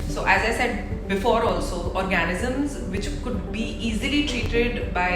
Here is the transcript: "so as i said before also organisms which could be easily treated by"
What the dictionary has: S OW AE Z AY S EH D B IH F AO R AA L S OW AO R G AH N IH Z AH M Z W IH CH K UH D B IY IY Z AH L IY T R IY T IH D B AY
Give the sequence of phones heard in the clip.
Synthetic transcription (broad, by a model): S OW AE Z AY S EH D B IH F AO R AA L S OW AO R G AH N IH Z AH M Z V IH CH K UH D B IY IY Z AH L IY T R IY T IH D B AY